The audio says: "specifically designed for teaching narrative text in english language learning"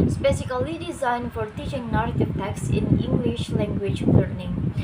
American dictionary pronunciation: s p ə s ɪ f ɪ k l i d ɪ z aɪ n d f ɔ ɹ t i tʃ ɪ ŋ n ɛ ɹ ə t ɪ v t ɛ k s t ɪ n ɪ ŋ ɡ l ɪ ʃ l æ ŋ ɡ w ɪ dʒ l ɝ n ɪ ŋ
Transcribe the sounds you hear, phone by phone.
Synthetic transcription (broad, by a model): s p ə s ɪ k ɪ l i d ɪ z aɪ n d f ɔ ɹ t i tʃ ɪ ŋ n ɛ ɹ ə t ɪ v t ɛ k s ɪ n ɪ ŋ ɡ l ɪ ʃ l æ ŋ ɡ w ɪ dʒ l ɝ n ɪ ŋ